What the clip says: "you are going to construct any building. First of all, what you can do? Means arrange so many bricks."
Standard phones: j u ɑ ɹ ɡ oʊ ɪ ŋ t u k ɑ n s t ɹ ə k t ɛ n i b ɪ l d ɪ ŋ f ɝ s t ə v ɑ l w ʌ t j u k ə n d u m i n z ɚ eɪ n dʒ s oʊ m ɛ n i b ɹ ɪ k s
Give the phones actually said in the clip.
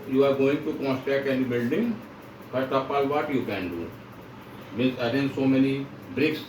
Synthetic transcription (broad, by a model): j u ɑ ɹ ɡ oʊ ɪ ŋ t u k ɑ n s t ɹ ə k t ɛ n i b ɪ l d ɪ ŋ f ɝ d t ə p ɑ l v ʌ t j u k ə n d u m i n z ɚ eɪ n s oʊ m ɛ n i b ɹ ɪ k s